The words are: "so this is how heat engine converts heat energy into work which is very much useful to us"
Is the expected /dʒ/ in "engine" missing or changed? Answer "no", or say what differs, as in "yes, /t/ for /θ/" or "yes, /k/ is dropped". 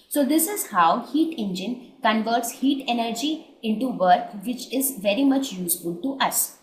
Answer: no